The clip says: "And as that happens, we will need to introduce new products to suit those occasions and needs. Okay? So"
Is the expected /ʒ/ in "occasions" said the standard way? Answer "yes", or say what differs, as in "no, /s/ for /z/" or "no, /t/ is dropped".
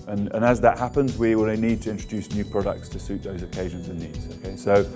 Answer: yes